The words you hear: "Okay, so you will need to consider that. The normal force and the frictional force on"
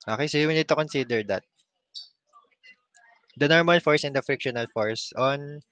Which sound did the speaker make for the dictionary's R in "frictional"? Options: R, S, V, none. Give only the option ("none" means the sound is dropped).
R